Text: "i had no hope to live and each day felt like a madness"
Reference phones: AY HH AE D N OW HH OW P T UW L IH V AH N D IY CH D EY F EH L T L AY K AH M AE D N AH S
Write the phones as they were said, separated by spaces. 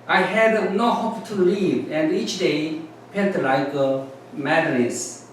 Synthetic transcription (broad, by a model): AY HH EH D N OW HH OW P T UW L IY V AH N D IY CH D EY P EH N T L AY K AH M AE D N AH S